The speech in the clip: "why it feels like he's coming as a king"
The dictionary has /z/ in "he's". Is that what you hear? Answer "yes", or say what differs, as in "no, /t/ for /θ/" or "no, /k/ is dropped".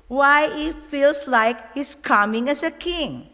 no, /s/ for /z/